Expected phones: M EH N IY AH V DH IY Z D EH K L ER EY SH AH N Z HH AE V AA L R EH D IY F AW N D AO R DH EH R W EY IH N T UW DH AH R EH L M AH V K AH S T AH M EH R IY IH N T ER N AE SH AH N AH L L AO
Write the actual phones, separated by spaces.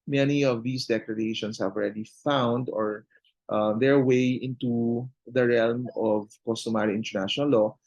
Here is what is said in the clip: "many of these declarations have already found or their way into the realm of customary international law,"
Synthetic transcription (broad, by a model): M EH N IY AH V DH IY S D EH K L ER EY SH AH N S HH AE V AA L R EH D IY F AW N D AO R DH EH R W EY IH N T UW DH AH R EH L M AH V K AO S T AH M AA R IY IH N T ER N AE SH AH N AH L L AO